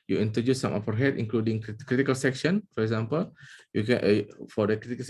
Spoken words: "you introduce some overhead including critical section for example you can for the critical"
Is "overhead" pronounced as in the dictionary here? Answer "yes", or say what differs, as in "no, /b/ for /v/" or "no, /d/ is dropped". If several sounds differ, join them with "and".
no, /f/ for /v/